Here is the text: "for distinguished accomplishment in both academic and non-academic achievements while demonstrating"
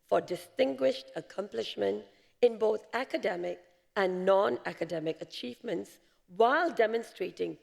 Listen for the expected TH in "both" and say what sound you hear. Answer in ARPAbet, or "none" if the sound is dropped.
TH